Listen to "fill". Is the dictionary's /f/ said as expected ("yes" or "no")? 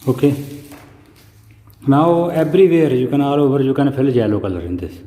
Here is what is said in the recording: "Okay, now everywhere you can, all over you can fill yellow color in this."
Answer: no